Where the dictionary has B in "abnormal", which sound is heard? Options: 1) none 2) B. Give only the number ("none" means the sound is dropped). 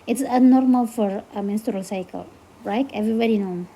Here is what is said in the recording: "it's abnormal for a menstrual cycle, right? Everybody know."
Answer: 1